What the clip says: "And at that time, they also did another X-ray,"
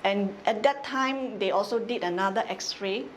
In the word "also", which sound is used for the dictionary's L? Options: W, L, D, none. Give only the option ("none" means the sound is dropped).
L